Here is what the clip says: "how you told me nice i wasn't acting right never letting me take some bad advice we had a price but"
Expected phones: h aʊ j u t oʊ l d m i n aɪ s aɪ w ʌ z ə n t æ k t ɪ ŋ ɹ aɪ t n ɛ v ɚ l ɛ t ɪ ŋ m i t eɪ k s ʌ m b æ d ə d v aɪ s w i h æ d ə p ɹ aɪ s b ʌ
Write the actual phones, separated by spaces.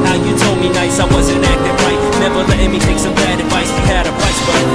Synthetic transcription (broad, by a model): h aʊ j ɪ t oʊ l d m i n aɪ s aɪ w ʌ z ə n æ k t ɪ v ɹ aɪ t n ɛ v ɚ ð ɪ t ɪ m i t eɪ k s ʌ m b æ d ə d v aɪ s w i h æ d ə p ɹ aɪ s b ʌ